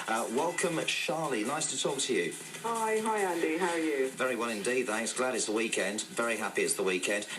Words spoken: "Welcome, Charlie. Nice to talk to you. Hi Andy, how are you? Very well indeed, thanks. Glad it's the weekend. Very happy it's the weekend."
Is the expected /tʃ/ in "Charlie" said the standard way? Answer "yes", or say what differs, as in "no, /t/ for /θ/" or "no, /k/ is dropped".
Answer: no, /ʃ/ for /tʃ/